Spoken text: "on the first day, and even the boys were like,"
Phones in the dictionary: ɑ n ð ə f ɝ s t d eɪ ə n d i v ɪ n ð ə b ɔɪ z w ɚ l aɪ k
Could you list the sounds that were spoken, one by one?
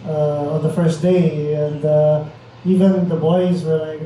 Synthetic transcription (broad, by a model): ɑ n ð ə f ɝ s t d eɪ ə n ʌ i v ɪ n ð ə b ɔɪ z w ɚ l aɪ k